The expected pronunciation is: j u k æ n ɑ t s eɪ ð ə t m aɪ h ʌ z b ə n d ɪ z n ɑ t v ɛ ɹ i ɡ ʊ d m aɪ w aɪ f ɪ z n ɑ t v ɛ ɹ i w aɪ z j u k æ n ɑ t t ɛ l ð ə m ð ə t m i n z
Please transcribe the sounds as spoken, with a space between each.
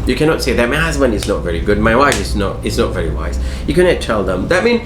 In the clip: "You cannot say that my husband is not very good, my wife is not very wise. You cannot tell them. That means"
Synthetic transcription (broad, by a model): j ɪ k æ n ɑ t s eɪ ð ə t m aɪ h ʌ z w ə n ɪ z n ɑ t v ɛ ɹ i ɡ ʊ d m aɪ w aɪ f ɪ z n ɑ t v ɛ ɹ i w aɪ z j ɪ k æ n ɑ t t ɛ l ð ə m ð ə t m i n